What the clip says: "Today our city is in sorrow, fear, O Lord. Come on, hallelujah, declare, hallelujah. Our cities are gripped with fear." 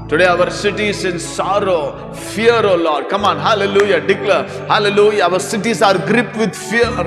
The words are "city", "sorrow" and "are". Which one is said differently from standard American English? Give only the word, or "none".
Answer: none